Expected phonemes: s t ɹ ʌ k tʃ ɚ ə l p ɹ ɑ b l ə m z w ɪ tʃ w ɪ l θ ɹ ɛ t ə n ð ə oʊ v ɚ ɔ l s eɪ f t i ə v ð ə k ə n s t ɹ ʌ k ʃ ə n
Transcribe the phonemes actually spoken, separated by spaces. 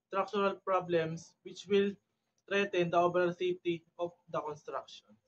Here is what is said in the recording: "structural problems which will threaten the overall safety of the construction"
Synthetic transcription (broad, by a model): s t ɹ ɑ k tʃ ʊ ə l p ɹ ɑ b l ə m s w ɪ tʃ w ɪ l t ɹ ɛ t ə n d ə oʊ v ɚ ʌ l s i t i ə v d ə k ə n s t ɹ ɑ k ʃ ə n